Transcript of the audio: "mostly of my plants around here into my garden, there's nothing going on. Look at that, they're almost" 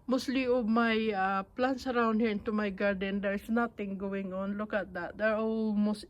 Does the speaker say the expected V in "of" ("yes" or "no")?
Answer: no